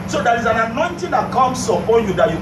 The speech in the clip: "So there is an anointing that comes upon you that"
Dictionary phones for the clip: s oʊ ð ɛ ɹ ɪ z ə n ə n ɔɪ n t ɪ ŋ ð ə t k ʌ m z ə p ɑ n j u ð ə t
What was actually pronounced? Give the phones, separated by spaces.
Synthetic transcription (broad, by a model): s oʊ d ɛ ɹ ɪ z ə n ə n ɔɪ n t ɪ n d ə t k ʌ m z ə ɑ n j u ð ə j